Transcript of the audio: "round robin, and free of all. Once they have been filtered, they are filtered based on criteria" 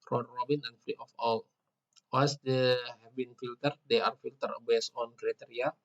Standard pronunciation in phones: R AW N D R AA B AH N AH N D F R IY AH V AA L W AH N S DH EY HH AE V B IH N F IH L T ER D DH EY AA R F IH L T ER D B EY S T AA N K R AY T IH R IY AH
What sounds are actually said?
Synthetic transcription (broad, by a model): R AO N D R AA B AH N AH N F R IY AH F AA L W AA S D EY HH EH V B IH N F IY L T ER D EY AA R F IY L T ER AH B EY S AA N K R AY T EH R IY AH